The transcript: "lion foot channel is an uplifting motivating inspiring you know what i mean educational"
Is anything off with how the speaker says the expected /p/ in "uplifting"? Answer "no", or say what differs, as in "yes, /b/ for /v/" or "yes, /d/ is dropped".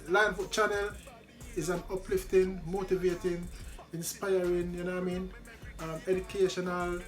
no